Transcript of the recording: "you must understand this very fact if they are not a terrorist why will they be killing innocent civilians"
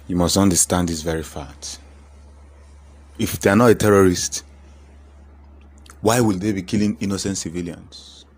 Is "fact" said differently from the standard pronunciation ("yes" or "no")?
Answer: yes